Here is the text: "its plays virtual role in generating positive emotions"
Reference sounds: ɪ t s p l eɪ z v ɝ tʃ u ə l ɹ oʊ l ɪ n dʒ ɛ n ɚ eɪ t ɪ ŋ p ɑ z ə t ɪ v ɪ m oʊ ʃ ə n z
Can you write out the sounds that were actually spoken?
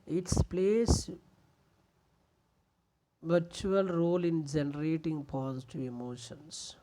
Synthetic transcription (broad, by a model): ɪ t s p l eɪ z v ɝ tʃ u ə l ɹ oʊ l ɪ n dʒ ɛ n ɚ eɪ t ɪ ŋ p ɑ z t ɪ ɪ m oʊ ʃ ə n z